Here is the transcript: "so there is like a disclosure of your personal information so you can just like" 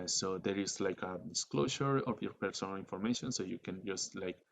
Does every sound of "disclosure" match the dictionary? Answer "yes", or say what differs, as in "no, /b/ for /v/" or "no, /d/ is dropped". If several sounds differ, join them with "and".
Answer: no, /ʃ/ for /ʒ/